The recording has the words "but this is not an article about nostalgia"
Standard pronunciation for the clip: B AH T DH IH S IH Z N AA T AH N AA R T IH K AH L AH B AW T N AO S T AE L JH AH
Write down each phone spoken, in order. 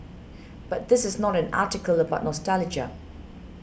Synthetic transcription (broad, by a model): B AH T DH IH S IH Z N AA T AH N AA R T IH K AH L AH B AW T N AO S T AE L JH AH